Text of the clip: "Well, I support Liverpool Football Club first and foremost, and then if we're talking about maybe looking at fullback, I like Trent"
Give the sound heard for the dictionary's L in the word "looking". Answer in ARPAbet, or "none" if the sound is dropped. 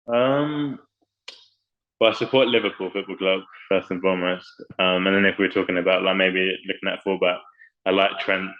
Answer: L